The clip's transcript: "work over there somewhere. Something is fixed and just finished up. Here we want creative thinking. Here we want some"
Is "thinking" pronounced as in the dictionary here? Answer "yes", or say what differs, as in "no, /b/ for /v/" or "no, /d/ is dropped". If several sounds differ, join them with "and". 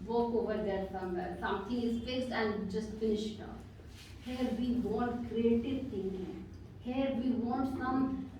no, /t/ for /θ/ and /k/ is dropped